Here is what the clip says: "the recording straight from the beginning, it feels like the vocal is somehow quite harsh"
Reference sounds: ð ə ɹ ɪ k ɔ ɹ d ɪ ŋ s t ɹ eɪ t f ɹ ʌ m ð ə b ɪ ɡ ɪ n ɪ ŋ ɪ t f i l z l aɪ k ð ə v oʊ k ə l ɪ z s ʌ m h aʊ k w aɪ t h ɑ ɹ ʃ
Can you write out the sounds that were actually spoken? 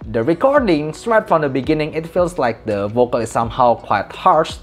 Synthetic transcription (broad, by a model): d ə ɹ ɪ k ɔ ɹ d ɪ ŋ s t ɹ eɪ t f ɹ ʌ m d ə b ɪ ɡ ɪ n ɪ ŋ ɪ t f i l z l aɪ k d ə v oʊ k ə l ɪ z s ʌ m h aʊ k w aɪ t h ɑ ɹ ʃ